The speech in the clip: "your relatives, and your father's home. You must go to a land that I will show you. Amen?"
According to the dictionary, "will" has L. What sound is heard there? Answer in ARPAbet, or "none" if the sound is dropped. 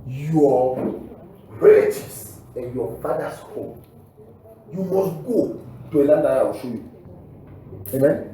W